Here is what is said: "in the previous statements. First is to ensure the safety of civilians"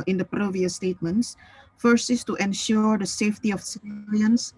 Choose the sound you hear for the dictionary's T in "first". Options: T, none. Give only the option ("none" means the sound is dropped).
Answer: none